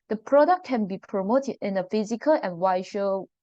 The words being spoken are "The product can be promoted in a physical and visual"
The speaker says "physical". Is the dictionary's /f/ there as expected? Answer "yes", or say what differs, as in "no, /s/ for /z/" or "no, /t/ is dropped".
yes